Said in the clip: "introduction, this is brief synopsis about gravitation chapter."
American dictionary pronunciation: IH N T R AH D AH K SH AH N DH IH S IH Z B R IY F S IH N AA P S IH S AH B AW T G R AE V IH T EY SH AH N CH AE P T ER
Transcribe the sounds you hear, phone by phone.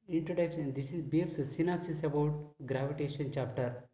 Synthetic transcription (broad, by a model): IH N T R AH D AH K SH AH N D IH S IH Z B IY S S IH N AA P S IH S AH B AW T G R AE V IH T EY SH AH N CH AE P T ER